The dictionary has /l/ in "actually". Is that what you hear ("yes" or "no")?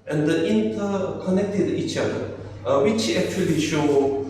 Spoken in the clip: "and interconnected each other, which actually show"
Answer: yes